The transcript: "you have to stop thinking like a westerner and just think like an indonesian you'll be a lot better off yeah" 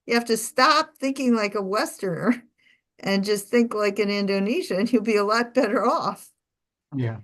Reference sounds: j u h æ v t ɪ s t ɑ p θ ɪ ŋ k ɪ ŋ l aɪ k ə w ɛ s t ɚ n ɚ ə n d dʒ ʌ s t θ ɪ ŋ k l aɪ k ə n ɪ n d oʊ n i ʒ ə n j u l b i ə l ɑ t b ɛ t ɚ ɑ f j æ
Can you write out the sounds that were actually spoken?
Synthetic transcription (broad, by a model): j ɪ h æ f t ɪ s t ɑ p θ ɪ ŋ k ɪ ŋ l aɪ k ə w ɛ s t ɚ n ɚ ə n dʒ ʌ s t θ ɪ ŋ k l aɪ k ə n ɪ n d oʊ n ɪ ʃ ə n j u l b i ə l ɑ t b ɛ t ɚ ɑ f j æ